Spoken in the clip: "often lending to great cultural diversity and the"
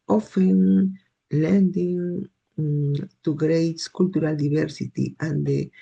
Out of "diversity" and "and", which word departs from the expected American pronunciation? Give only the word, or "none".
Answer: diversity